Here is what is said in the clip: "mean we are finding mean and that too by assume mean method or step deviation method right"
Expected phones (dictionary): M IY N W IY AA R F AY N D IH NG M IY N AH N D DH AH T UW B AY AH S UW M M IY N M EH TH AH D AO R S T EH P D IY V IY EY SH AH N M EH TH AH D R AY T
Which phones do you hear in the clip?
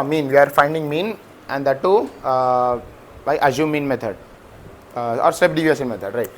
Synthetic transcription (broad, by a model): M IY N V IY AA R F AY N D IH NG M IY N AH N D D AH T UW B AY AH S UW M M IY N M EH T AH D AO R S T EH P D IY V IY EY S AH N M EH T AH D R AY T